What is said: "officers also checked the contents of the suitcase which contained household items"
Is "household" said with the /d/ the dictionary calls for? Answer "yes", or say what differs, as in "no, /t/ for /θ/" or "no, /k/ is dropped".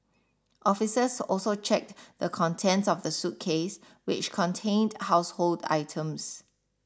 yes